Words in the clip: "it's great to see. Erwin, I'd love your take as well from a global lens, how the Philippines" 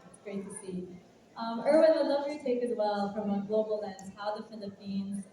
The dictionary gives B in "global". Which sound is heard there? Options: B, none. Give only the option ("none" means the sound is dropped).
none